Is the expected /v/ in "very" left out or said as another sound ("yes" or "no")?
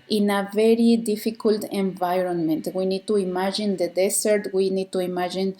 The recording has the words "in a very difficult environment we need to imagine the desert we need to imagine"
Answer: no